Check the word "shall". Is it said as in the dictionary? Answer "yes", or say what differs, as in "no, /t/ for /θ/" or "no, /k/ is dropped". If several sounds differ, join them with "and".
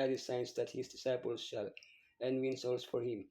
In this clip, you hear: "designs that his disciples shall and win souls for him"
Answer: yes